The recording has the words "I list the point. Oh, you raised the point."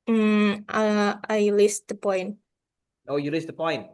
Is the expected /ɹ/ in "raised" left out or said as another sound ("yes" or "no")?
yes